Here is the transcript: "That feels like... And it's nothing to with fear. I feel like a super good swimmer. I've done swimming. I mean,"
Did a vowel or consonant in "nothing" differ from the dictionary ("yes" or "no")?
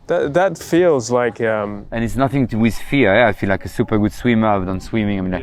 no